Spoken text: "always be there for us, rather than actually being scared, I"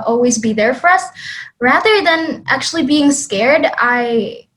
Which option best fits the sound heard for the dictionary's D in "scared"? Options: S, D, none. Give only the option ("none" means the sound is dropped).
D